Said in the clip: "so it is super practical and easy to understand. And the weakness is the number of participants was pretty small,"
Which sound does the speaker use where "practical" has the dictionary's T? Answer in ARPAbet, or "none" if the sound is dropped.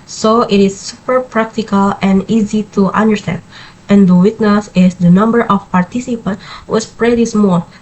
T